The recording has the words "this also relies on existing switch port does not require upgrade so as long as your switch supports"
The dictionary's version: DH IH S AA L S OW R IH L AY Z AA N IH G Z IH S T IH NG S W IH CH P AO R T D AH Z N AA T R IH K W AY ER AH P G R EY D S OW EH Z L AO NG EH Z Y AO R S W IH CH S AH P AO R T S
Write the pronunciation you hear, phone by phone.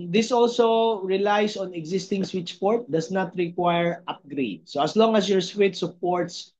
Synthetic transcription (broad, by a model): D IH S AA L S OW R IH L AY S AA N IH G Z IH S T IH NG S W IH CH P AO R T D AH S N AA T R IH K W AY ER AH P G R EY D S OW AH S L AO NG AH S Y AO R S W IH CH S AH P AO R T S